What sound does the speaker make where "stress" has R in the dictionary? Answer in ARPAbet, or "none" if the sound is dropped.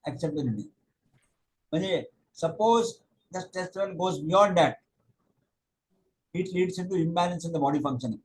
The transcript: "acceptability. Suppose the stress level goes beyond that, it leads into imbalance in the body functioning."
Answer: none